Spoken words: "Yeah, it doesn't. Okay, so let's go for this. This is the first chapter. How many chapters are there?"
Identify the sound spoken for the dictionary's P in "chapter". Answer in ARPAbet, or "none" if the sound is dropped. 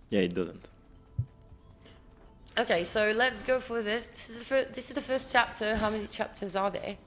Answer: P